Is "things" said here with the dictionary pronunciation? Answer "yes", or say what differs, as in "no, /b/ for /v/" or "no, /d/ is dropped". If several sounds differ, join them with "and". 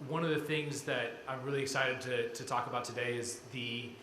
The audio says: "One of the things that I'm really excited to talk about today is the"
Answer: yes